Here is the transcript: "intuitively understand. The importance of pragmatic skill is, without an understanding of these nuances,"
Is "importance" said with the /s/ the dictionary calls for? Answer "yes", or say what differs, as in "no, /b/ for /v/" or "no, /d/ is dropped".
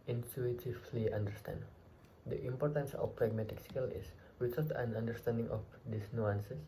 yes